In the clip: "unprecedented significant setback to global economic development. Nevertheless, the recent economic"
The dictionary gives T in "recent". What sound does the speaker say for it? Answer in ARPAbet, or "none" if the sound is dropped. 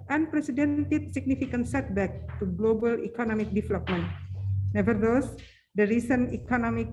none